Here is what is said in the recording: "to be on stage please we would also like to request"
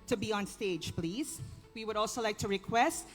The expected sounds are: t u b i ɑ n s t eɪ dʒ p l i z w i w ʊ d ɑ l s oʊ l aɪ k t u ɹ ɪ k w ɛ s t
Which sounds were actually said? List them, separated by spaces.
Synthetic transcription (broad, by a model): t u b i ɑ n s t eɪ dʒ p l i z w i w ʊ d ɑ l s oʊ l aɪ k t u ɹ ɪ k w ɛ s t